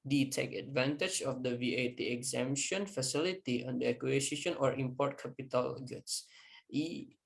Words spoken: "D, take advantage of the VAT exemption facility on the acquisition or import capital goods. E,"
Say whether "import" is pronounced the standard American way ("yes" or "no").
yes